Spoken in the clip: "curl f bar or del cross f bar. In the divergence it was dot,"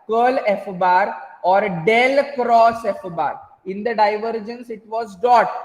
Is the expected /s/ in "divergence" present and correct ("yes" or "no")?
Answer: yes